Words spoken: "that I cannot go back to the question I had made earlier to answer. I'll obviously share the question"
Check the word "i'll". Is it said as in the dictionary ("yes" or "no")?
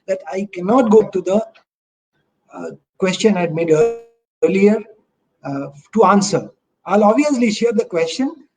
yes